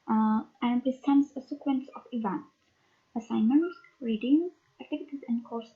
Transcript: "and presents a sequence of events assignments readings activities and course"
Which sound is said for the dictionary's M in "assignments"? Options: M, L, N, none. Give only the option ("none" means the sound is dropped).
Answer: none